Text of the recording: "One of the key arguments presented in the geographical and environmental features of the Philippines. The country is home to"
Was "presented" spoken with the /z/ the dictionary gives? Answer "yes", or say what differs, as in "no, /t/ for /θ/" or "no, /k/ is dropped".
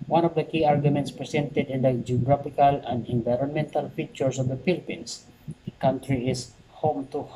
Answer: no, /s/ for /z/